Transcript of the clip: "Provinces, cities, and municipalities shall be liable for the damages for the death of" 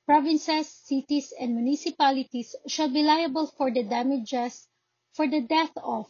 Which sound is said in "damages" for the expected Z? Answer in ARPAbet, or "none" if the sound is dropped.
S